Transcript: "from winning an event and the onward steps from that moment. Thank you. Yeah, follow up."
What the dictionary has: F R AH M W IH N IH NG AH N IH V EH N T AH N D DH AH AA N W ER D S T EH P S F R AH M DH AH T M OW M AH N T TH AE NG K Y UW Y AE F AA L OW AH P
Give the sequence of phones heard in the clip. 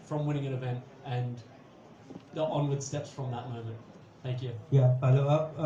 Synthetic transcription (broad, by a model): F R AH M W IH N IH NG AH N IH V EH N T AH N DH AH AA N W ER D S T EH P S F R AH M DH AH T M OW M AH N T TH AE NG K Y UW Y AE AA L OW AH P